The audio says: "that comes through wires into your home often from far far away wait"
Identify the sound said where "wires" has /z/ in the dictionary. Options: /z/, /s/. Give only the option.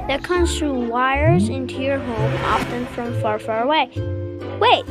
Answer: /z/